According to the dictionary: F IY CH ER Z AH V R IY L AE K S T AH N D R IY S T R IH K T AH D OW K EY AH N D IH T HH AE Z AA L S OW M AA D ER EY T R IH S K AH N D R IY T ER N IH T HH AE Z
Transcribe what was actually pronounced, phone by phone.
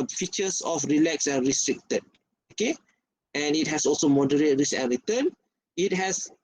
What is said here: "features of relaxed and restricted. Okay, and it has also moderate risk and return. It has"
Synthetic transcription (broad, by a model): F IY CH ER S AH F R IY L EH K S AH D R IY S T R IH K T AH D OW K EY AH N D IH T HH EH S AA L S OW M AA D ER EY T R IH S AH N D R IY T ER N IH T HH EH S